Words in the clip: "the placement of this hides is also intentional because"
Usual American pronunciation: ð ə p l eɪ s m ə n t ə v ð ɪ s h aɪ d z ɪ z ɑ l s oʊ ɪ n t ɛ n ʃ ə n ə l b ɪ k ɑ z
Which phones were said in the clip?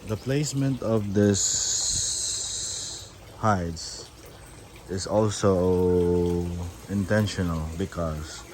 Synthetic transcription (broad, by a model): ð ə p l eɪ s m ə n t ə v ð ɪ s h aɪ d s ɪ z ɑ l s oʊ ɪ n t ɛ n ʃ ə n ə l b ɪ k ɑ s